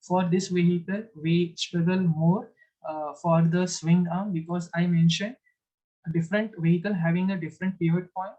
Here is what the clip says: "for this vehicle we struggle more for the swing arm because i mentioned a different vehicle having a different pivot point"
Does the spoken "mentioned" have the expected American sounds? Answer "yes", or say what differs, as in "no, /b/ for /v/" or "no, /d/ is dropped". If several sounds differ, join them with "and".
yes